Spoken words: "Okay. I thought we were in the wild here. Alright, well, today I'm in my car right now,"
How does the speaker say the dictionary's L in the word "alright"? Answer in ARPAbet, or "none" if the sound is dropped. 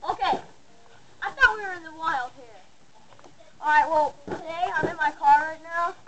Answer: none